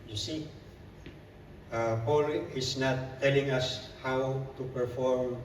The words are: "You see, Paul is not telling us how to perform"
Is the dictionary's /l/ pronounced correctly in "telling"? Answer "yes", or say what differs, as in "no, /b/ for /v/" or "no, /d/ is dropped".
yes